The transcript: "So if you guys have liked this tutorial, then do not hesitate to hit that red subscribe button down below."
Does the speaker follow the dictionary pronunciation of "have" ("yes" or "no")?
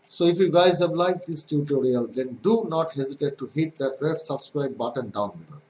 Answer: no